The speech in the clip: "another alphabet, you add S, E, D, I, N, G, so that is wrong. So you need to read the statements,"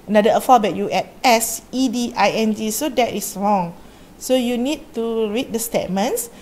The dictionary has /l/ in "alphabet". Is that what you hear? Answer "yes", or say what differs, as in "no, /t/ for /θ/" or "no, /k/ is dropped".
no, /l/ is dropped